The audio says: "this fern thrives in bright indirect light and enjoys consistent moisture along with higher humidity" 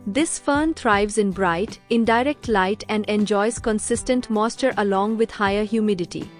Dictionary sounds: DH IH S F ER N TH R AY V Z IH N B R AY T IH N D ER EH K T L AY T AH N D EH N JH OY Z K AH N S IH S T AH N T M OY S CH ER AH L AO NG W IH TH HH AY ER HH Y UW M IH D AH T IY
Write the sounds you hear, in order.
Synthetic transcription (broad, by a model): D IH S F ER N T R AY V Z IH N B R AY T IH N D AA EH K T L AY T AH N D EH N JH OY Z K AH N S IH S T AH N T M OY S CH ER AH L AO NG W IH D HH AY ER HH Y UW M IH D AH T IY